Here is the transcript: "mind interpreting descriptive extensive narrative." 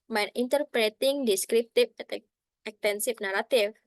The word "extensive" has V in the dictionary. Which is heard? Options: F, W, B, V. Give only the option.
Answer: F